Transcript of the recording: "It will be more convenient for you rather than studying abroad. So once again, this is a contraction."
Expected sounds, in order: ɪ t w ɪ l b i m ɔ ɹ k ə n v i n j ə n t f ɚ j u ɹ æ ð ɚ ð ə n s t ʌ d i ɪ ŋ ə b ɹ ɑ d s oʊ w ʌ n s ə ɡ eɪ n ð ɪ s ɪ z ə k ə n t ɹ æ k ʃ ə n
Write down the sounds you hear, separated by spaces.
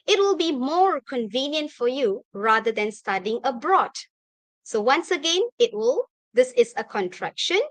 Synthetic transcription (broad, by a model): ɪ t w ɪ l b i m ɔ ɹ k ə n v i n j ə n t f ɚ j u ɹ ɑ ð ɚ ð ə n s t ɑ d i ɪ ŋ ə b ɹ ɑ d s oʊ w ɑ n s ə ɡ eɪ n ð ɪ s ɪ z ə k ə n t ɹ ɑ k ʃ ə n